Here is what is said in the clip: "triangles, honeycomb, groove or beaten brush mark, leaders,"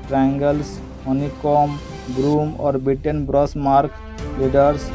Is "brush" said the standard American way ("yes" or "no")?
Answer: no